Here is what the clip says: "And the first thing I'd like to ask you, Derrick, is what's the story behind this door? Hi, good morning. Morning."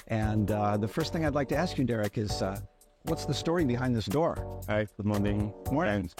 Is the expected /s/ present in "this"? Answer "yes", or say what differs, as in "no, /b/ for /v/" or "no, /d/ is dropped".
yes